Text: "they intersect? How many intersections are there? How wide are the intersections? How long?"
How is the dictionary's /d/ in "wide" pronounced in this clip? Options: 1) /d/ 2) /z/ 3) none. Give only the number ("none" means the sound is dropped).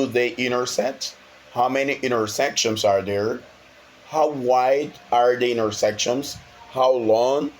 1